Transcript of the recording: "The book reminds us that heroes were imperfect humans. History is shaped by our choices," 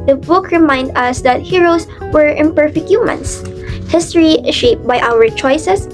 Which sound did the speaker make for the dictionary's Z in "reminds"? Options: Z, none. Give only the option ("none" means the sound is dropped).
none